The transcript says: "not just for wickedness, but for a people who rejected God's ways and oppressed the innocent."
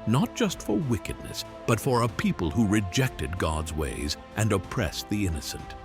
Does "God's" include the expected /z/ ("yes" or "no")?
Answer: yes